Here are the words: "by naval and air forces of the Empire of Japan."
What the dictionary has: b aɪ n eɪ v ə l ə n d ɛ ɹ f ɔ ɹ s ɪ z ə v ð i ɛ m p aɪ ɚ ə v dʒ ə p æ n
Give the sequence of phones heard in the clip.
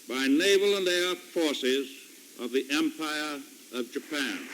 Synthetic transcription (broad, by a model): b aɪ n eɪ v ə l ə n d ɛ f ɔ ɹ s ɪ z ə v ð i ɛ m p aɪ ɚ ə v dʒ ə p æ n